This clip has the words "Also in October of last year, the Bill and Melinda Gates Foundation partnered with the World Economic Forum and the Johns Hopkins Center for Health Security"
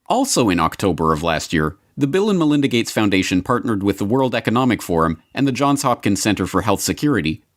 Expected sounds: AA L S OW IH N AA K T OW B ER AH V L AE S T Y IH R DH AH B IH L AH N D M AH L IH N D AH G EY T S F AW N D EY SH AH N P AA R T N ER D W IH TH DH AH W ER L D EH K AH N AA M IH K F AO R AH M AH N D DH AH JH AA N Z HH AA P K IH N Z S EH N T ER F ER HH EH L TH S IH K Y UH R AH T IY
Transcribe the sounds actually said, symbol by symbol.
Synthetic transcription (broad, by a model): AA L S OW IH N AA K T OW B ER AH V L AE S T Y IH R DH AH B IH L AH N M AH L IH N D AH G EY T S F AW N D EY SH AH N P AA R T N ER D W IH DH AH W ER L D EH K AH N AA M IH K F AO R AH M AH N DH AH JH AA N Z HH AA P K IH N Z S EH N T ER F ER HH EH L TH S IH K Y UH R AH T IY